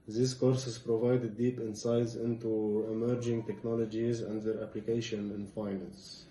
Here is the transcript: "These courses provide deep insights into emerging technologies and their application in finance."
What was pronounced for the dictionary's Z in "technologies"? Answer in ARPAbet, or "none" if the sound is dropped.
Z